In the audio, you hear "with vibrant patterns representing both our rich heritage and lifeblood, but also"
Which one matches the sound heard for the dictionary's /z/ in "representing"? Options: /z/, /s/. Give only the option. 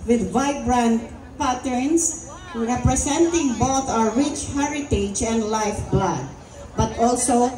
/s/